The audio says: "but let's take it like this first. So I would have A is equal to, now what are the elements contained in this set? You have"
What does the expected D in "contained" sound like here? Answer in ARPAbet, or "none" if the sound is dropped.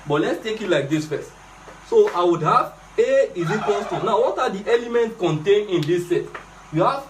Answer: none